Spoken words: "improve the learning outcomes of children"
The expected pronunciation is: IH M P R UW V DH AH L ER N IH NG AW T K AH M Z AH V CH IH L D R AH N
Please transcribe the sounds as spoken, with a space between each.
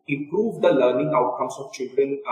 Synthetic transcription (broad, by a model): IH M P R UW V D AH L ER N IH NG AW T K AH M S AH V CH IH L D R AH N